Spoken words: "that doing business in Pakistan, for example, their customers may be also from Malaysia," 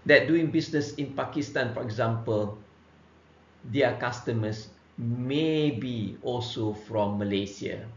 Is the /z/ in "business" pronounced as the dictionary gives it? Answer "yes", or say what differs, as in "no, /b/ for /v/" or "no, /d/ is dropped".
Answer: no, /s/ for /z/